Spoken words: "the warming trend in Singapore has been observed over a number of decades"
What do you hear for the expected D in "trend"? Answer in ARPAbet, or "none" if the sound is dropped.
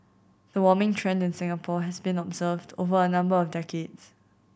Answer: D